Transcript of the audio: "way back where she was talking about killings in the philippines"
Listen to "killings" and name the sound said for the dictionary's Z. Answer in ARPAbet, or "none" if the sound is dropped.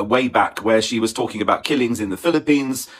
Z